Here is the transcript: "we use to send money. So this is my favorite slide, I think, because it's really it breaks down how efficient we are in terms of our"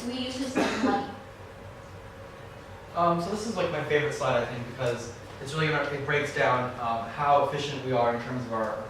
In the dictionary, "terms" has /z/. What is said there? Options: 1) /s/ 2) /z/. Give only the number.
2